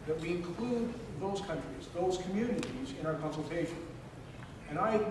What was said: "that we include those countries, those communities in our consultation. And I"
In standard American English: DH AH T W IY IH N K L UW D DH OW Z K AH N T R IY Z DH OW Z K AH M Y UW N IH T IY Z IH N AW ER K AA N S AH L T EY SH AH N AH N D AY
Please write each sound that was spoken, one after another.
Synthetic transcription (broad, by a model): DH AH T W IY IH N K L UW D DH OW Z K AH N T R IY Z DH OW Z K AH M Y UW N IH T IY Z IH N AW ER K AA N S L T EY SH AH N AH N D AY